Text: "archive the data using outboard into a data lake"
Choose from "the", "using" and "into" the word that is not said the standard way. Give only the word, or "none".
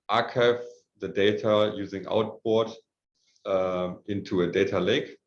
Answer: none